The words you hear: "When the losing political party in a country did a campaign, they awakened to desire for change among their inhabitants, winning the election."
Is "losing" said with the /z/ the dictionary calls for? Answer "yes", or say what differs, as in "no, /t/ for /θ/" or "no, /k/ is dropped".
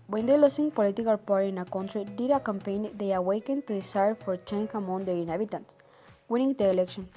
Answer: no, /s/ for /z/